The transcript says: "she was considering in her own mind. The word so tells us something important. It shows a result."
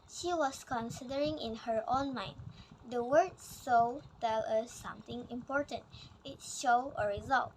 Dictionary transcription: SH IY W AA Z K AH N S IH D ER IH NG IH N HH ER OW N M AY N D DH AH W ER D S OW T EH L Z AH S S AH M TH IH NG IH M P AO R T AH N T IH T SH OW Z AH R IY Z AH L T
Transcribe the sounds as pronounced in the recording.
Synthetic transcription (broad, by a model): SH IY W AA S K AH N S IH D ER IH NG IH N HH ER OW N M AY N D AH W ER D S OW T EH L AH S S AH M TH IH NG IH M P AO R T AH N T IH T SH OW AH R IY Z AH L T